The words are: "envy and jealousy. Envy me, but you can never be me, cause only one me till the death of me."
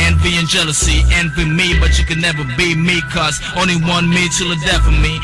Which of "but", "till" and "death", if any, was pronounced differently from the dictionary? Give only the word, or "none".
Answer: death